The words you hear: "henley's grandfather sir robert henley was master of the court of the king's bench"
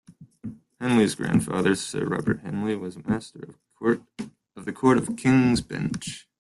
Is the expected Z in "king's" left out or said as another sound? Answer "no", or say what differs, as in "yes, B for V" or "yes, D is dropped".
no